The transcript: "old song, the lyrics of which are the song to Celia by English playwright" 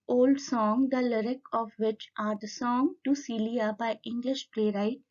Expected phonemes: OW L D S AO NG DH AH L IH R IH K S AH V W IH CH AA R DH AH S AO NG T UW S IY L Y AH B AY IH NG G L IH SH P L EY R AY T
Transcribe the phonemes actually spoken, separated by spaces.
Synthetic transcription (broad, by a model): OW L D S AO NG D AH L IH R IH K AH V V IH CH AA R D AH S AO NG T UW S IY L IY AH B AY IH NG G L IH SH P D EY R AY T